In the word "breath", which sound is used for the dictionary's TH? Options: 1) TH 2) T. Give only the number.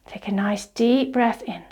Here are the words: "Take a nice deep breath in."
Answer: 1